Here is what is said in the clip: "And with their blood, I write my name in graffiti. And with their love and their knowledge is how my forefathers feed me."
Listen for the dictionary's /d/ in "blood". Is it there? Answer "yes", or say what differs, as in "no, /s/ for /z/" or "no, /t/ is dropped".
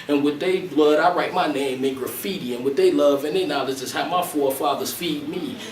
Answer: yes